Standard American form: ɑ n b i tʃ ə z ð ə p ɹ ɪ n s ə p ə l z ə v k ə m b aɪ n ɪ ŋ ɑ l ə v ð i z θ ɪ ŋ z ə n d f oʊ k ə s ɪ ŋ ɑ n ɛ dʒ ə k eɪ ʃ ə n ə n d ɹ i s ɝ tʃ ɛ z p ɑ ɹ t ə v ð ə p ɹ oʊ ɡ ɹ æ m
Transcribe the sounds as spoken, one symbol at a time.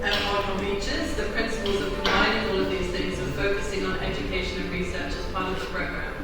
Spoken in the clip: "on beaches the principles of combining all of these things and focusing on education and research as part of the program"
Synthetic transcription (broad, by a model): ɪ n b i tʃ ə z ð ə p ɹ ɪ n s ə p ə l z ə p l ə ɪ ɪ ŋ ɑ l ə v ð i z θ ɪ ŋ z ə f oʊ k ə s ɪ ŋ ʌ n ɛ dʒ ə k eɪ ʃ ə n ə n ɹ i s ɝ tʃ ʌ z p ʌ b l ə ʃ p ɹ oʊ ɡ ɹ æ